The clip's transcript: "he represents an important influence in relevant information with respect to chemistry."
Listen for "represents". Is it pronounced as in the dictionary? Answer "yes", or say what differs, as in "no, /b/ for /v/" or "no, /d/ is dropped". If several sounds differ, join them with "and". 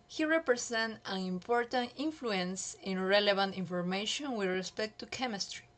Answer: no, /s/ is dropped